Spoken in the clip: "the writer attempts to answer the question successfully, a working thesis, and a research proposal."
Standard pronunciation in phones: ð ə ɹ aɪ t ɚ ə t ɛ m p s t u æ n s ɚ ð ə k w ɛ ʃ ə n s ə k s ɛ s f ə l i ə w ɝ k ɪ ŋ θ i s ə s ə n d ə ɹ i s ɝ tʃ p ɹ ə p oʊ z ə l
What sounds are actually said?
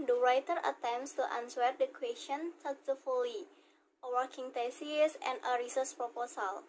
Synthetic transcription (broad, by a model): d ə ɹ aɪ t ɚ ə t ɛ m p s t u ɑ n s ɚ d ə k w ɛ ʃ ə n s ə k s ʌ f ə l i ə w ɝ k ɪ ŋ t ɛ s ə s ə n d ə ɹ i s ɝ s p ɹ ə p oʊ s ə l